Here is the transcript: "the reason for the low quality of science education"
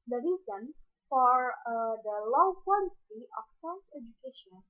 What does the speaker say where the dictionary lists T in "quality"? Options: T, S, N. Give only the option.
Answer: S